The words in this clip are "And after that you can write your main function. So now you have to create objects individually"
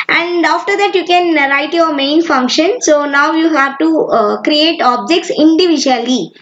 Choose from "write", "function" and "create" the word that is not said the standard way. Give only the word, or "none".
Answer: none